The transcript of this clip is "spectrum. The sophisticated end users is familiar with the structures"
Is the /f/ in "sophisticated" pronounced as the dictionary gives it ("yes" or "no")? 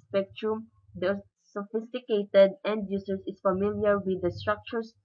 yes